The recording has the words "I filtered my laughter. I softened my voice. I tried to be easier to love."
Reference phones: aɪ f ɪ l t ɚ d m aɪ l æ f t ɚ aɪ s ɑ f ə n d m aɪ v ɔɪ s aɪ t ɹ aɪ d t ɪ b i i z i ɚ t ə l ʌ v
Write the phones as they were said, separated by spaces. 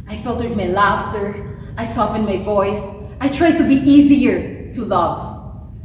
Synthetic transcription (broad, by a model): aɪ f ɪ l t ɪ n m aɪ l æ f t ɚ aɪ s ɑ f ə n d m aɪ v ɔɪ s aɪ t ɹ aɪ d t ɪ b i i z i ɚ t ə l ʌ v